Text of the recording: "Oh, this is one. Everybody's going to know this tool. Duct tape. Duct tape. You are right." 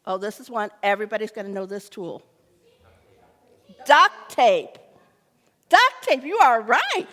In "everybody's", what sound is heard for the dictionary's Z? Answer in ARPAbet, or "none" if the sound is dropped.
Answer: Z